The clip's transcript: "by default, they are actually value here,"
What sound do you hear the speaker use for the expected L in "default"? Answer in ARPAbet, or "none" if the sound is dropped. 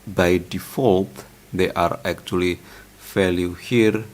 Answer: L